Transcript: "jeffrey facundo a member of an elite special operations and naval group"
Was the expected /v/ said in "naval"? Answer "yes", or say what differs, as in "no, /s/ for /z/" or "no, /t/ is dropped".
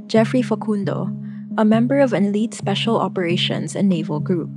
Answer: yes